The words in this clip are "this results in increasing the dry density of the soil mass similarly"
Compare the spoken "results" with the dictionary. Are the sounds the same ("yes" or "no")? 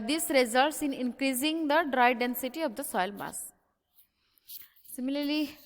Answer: yes